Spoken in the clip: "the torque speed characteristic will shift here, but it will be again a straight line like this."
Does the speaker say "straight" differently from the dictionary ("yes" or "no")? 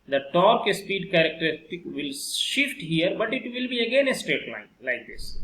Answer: yes